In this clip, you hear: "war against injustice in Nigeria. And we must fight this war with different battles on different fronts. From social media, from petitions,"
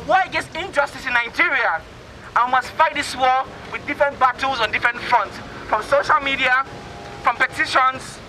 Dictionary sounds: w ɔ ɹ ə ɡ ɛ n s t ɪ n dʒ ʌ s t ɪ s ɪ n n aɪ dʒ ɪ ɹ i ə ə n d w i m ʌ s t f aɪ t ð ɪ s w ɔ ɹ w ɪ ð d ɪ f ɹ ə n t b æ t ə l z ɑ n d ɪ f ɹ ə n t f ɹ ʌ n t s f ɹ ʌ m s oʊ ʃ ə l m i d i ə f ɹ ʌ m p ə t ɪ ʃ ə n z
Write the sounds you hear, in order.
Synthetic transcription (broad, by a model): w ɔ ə ɡ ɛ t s ɪ n dʒ ʌ s t ɪ s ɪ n n aɪ dʒ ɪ ɹ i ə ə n w i m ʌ s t f aɪ t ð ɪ s w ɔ w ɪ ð d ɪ f ɹ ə n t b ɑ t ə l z ɑ n d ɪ f ɹ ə n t f ɹ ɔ n t s f ɹ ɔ m s oʊ ʃ ə l m i d i ə f ɹ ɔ m p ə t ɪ ʃ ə n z